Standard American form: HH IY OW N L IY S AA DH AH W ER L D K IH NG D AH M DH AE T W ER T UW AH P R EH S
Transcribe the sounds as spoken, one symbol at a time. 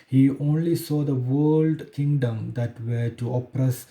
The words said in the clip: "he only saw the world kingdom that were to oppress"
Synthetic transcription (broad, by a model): HH IY OW N L IY S AA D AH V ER L D K IH NG D AH M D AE T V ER T UW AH P R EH S